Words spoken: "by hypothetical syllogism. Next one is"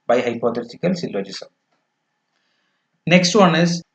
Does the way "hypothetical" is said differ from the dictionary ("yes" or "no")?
yes